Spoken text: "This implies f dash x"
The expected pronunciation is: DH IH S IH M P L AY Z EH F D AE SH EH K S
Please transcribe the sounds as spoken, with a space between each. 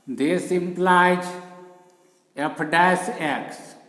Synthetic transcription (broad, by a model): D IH S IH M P L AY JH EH P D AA S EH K S